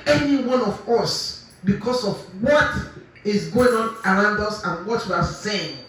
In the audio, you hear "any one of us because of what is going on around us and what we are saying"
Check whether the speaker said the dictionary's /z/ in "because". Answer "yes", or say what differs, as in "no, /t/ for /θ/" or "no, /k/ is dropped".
no, /s/ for /z/